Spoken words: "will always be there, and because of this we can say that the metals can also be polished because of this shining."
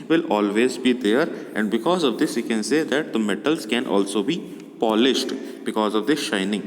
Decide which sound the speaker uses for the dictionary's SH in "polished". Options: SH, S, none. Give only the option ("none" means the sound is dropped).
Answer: SH